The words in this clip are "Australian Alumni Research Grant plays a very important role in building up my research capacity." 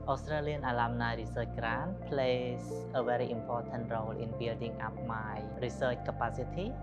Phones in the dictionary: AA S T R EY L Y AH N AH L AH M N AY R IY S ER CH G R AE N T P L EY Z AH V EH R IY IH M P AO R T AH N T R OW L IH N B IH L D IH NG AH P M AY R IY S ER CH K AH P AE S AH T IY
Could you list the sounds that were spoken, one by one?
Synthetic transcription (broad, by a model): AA S T R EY L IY AH N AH L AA M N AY R IY S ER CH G R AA N P L EY S AH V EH R IY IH M P AO T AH N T R OW L IH N B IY L D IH NG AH P M AY R IY S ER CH K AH P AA S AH T IY